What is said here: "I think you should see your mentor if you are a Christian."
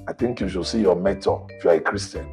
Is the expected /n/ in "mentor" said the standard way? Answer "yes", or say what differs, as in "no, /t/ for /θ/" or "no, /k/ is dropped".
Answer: no, /n/ is dropped